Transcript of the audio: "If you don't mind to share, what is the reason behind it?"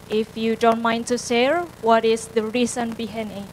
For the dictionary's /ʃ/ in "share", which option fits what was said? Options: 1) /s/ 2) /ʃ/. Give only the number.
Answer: 1